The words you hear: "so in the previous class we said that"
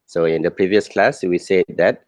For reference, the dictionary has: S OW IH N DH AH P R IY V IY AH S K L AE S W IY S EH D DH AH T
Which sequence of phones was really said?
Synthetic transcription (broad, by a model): S OW IH N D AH P R IY V IY AH S K L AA S W IY S EH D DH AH T